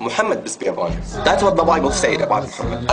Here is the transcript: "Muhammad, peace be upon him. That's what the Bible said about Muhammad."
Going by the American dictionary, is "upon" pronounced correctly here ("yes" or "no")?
no